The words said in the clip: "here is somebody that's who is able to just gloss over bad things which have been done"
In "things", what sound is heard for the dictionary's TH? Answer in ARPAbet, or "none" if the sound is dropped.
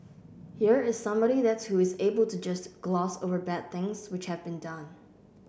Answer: TH